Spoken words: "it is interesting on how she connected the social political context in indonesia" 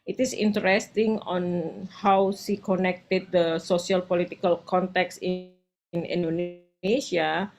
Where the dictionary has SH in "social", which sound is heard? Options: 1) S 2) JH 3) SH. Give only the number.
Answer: 1